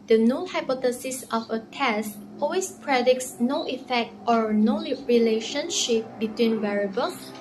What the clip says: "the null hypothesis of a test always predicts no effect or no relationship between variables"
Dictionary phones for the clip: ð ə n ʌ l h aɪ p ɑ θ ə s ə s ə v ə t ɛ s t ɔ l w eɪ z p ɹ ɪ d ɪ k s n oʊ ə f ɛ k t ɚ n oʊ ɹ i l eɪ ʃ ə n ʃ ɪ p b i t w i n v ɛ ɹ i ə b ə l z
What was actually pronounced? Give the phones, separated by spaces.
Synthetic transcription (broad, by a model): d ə n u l h aɪ p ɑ t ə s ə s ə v ə t ɛ s t ɔ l w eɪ s p ɹ ɪ d ɪ k s n oʊ ə f ɛ k t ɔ n oʊ ɹ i l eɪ ʃ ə n ʃ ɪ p b i t w i n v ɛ ɹ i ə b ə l